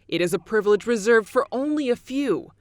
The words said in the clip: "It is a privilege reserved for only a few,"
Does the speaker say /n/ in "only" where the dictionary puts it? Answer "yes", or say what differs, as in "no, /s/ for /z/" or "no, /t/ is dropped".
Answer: yes